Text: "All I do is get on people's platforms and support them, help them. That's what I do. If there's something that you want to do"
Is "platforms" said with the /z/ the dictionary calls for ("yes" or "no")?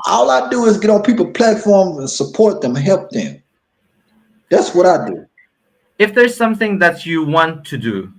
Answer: yes